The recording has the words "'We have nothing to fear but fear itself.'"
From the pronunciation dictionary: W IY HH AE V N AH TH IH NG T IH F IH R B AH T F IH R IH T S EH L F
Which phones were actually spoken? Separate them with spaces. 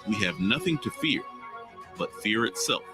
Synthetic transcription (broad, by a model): W IY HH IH V N AH TH IH NG T IH F IH R B AH T F IH R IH T S EH L F